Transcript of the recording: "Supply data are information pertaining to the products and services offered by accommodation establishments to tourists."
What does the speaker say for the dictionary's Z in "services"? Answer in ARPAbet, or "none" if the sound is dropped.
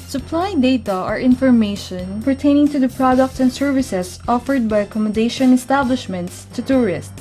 S